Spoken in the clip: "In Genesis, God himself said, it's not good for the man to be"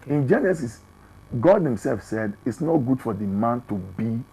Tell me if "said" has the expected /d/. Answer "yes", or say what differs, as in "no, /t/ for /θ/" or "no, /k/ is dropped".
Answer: yes